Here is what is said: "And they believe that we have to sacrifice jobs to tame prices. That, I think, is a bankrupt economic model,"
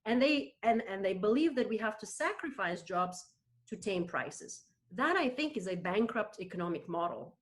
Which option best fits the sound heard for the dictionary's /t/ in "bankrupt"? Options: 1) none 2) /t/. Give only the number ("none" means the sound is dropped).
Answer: 2